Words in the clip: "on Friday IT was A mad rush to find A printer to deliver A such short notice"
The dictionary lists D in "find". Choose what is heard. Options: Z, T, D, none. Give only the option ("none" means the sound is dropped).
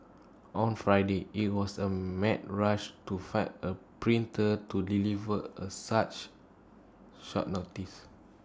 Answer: none